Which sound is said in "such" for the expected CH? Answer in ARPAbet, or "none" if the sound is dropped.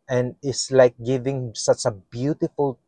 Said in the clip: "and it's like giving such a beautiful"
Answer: CH